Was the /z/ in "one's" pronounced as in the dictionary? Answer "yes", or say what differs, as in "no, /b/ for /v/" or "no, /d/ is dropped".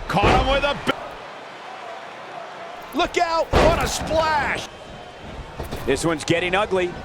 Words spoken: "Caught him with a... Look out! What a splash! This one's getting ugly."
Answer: yes